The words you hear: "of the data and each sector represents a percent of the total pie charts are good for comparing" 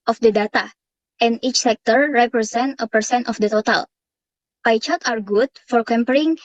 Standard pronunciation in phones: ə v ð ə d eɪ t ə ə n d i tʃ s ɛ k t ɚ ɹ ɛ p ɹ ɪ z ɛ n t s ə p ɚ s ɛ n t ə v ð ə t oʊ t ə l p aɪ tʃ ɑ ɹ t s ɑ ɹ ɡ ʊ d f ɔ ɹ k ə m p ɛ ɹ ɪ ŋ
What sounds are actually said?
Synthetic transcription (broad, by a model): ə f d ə d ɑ t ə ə n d i tʃ s ɛ k t ɚ ɹ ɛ p ɹ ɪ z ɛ n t ə p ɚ s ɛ n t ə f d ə t oʊ t ə l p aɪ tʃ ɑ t ɑ ɹ ɡ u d f ɔ ɹ k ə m p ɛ ɹ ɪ ŋ